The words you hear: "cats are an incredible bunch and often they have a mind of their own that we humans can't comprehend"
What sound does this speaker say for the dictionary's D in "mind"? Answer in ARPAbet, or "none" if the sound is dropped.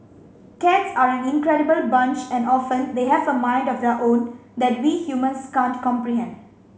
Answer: D